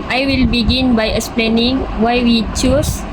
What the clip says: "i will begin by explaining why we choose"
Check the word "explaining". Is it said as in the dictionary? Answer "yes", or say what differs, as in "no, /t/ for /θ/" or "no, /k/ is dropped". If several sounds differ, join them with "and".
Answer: yes